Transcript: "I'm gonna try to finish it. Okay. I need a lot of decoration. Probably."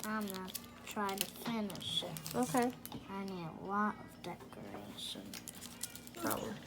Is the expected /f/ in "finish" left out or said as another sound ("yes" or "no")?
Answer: yes